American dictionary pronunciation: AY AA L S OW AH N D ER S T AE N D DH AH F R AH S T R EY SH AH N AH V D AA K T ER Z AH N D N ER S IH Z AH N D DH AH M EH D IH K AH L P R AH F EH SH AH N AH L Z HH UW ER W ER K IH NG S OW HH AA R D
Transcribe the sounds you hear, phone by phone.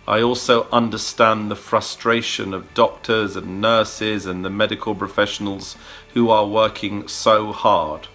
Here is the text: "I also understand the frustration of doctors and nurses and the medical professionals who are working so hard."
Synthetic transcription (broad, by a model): AY AA L S OW AH N D ER S T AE N DH AH F R AH S T R EY SH AH N AH V D AA K T ER Z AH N N ER S IH Z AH N DH AH M EH D IH K AH L P R AH F EH SH AH N AH L Z HH UW ER W ER K IH NG S OW HH AA R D